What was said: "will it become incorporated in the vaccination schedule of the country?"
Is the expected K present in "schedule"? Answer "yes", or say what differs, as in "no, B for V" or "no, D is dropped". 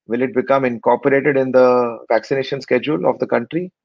yes